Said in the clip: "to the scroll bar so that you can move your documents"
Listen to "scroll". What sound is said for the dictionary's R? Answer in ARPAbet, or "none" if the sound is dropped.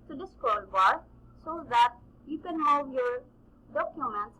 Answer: none